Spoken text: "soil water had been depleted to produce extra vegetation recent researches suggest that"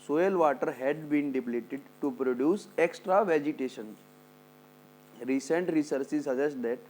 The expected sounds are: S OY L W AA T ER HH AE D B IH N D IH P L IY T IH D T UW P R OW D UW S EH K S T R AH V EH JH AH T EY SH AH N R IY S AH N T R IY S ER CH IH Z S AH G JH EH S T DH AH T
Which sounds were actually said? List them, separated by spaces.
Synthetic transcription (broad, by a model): S OY L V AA T ER HH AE D B IH N D IH P L IY T IH D T UW P R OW D UW S EH K S T R AH V EH JH AH T EY SH AH N R IY S AH N T R IY S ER S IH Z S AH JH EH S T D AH T